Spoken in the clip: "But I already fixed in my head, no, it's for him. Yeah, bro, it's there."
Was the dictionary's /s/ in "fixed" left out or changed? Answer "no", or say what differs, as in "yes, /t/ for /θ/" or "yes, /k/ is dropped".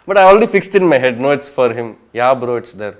no